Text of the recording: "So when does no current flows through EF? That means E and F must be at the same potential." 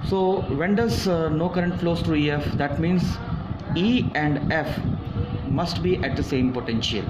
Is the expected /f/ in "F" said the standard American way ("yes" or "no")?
yes